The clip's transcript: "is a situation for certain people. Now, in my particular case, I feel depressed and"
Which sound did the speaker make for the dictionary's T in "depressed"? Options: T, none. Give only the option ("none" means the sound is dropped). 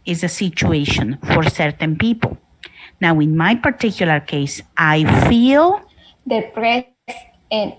none